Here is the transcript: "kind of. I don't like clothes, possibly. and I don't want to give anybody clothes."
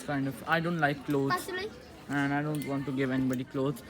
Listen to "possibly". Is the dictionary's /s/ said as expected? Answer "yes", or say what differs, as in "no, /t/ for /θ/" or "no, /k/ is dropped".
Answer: no, /s/ is dropped